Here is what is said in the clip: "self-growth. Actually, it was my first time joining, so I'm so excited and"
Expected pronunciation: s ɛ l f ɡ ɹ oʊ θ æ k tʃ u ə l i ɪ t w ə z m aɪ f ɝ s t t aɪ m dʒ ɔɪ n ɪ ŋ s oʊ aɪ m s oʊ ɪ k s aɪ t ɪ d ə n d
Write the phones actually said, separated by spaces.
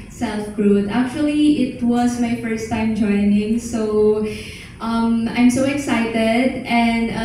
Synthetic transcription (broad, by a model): s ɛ l f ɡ ɹ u t æ k tʃ u ə l i ɪ t w ə z m aɪ f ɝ s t t aɪ m dʒ ɔɪ n ɪ ŋ s oʊ aɪ m s oʊ ɪ k s aɪ t ɪ d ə n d